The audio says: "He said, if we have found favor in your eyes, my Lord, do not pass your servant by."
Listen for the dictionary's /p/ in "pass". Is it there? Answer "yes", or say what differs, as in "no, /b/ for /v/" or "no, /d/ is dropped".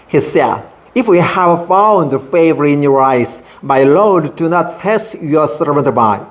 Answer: no, /f/ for /p/